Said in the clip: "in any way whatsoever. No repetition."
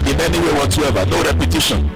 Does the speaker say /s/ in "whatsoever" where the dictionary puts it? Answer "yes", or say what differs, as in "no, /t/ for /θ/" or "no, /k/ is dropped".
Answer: no, /s/ is dropped